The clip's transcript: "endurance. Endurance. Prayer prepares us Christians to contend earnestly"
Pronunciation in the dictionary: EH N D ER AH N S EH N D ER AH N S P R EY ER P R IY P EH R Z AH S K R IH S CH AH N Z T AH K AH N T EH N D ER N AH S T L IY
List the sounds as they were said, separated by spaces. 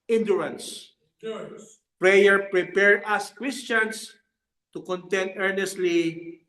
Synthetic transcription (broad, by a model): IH N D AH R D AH N S P R EY ER P R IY P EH R AH S K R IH S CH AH N S T AH K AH N T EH N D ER N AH S T L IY